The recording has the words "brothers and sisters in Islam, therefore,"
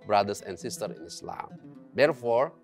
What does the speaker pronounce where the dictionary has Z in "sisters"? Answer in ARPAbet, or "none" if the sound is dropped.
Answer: none